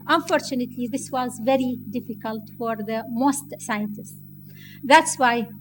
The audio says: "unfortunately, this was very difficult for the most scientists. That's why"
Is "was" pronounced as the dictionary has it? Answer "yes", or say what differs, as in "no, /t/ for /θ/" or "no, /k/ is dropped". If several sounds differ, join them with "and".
yes